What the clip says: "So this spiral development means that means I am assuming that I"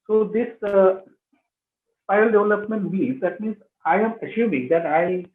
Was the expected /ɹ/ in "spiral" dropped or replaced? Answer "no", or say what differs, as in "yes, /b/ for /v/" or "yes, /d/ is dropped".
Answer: yes, /ɹ/ is dropped